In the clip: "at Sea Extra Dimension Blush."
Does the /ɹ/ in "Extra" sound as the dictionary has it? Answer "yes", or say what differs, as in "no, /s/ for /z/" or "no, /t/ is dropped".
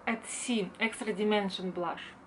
yes